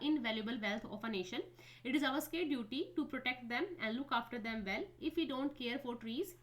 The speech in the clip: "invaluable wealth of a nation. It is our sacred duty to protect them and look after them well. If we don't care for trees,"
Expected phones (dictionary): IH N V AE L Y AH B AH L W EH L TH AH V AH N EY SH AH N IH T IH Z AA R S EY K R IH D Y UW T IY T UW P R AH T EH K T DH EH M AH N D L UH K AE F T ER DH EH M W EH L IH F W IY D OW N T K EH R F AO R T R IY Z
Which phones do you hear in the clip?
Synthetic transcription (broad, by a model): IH N V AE L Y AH B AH L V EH L T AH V AH N EY SH AH N IH T IH Z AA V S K IH D Y UW T IY T UW P R AH T EH K T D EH M AH N D L UH K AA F T ER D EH M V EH L IH F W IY D OW N T K EH R F AO R T R IY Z